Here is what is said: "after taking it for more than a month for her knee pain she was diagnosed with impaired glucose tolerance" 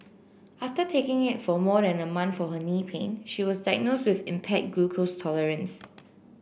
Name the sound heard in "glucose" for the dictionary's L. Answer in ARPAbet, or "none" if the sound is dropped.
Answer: none